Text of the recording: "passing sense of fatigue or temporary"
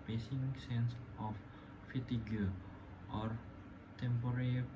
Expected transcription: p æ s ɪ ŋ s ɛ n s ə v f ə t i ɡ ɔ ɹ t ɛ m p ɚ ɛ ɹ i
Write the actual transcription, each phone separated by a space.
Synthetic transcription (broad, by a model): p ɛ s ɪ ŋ s ɛ n s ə f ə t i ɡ ɔ ɹ t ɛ m p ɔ ɹ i